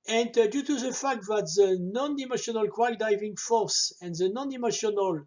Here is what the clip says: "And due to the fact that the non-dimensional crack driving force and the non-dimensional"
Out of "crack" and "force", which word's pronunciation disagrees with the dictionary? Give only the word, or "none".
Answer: crack